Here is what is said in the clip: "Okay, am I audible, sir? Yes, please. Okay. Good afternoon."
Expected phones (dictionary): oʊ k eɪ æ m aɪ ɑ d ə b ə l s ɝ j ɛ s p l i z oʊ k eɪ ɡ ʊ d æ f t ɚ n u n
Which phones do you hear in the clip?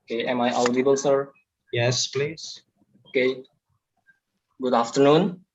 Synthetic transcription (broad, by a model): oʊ k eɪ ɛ m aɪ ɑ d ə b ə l s ɝ j ɛ s p l i z oʊ k eɪ ɡ ʊ d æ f t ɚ n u n